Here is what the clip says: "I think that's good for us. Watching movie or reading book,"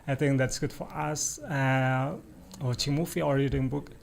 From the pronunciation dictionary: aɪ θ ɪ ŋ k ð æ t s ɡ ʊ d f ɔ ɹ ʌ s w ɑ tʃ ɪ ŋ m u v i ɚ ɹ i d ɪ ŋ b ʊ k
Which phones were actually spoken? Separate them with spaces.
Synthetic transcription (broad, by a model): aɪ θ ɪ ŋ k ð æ t s ɡ ʊ d f ɔ ɹ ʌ s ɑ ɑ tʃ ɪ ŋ m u f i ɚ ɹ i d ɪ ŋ b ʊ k